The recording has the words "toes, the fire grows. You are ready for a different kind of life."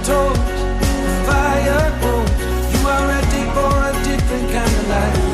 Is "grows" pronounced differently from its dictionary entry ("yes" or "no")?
yes